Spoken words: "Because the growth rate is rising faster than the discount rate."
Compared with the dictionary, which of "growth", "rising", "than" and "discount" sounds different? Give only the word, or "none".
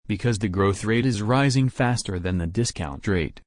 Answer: none